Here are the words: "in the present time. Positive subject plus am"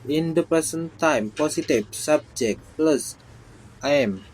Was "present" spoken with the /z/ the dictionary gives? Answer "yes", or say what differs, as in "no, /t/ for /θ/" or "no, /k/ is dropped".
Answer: no, /s/ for /z/